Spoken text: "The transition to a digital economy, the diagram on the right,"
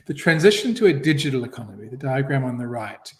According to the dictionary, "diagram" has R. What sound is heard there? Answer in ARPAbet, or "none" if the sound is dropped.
R